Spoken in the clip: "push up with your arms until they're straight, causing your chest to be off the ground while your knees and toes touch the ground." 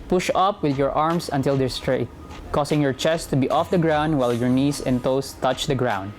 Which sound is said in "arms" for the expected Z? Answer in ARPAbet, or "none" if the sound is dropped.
S